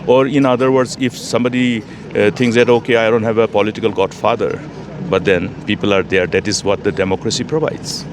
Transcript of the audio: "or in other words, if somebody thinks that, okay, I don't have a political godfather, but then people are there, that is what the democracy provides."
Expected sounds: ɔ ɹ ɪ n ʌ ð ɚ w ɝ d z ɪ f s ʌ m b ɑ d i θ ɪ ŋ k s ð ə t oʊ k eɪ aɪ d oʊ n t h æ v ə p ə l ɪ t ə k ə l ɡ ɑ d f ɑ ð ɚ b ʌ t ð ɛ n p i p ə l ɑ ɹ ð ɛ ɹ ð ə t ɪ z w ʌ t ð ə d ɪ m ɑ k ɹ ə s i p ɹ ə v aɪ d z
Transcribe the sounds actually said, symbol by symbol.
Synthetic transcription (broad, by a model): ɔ ɹ ɪ n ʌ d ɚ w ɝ d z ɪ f s ʌ m b ɑ d i t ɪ ŋ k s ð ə t oʊ k eɪ aɪ d oʊ n t h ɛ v ə p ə l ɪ t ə k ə l ɡ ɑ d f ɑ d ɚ b ʌ t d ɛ n p i p ə l ɑ ɹ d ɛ ɹ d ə t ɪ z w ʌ t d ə d ɪ m ɑ k ɹ ə s i p ɹ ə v aɪ d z